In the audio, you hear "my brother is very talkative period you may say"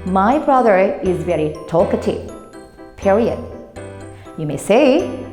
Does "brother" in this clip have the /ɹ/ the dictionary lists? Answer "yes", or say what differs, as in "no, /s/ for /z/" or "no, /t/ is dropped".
yes